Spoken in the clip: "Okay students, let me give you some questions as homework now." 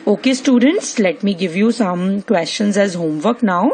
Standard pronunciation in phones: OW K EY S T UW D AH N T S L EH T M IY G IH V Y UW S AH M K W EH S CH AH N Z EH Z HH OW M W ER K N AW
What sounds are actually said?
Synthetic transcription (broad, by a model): OW K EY S T UW D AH N T S L EH T M IY G IH V Y UW S AH M K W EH S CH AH N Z EH Z HH OW M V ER K N AW